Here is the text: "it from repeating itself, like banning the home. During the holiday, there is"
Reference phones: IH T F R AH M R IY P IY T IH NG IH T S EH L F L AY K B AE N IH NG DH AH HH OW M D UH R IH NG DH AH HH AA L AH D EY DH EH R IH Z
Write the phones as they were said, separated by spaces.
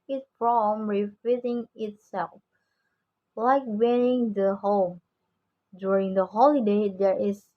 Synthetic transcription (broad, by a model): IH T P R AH M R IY F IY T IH NG IH T S EH L F L AY K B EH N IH NG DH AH HH OW M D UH R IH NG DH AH HH AA L AH D EY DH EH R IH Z